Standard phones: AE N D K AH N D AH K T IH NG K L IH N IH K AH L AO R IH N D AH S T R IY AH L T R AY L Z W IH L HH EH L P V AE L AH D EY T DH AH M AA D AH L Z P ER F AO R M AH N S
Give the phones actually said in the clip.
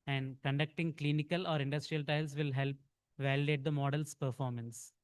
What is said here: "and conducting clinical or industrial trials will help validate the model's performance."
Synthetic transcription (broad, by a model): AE N D K AH N D AH K T IH NG K L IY N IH K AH L AO R IH N D AH S T R IY AH L T AY L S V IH L HH EH L P V AE L AH D EY T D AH M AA D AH L S P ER F AO R M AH N S